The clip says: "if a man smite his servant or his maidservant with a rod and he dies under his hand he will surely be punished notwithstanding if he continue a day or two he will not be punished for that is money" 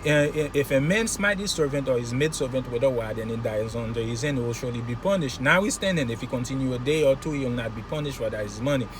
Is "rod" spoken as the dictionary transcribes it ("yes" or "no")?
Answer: no